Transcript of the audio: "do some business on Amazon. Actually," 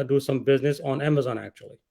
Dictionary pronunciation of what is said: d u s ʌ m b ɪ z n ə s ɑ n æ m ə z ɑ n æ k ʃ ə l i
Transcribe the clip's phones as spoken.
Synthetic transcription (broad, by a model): d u s ʌ m b ɪ z n ə s n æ m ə z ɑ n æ k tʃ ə l i